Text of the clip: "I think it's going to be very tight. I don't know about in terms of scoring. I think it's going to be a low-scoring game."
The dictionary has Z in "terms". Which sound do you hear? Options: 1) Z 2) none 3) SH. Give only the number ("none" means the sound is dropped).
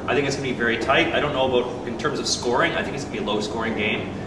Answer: 1